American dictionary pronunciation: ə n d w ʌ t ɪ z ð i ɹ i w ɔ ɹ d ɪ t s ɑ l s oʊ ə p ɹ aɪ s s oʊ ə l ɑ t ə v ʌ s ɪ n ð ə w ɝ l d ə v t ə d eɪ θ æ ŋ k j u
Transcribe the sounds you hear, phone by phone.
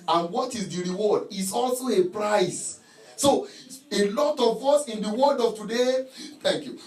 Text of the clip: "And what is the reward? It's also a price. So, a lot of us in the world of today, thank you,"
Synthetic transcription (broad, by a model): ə n w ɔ t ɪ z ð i ɹ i w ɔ d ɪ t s ɑ l s oʊ ə p ɹ aɪ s s oʊ ə l ɑ t ə v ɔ s ɪ n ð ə w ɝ d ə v t ə d eɪ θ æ ŋ k j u